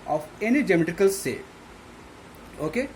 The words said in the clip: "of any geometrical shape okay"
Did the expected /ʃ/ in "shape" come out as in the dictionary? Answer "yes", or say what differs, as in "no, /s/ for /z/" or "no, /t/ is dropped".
no, /s/ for /ʃ/